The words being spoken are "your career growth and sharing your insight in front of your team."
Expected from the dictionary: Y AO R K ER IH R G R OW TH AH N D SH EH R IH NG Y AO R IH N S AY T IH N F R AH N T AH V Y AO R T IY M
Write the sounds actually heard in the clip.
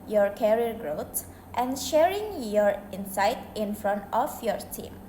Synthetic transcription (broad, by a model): Y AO R K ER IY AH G R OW T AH N SH EH R IH NG Y AO R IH N S AY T IH N F R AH N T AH F Y AO R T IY M